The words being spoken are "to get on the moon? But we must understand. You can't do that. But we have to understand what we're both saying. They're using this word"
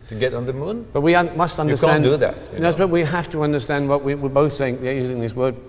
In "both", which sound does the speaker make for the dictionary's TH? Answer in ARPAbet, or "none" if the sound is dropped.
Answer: TH